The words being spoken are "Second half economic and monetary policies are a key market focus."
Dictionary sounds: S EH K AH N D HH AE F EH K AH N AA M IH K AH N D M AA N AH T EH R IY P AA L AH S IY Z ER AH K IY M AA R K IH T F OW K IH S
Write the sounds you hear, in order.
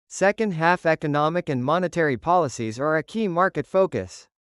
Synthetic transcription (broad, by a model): S EH K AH N D HH AE F EH K AH N AA M IH K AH N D M AA N AH T EH R IY P AA L AH S IY Z ER AH K IY M AA R K IH T F OW K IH S